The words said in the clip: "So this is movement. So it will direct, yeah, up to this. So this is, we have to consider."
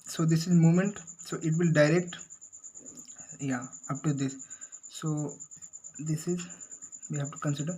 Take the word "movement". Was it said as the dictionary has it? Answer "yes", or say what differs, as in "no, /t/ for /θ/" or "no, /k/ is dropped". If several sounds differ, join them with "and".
no, /v/ is dropped